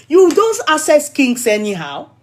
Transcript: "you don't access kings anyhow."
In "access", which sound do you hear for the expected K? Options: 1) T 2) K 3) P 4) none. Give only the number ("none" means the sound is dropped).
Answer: 4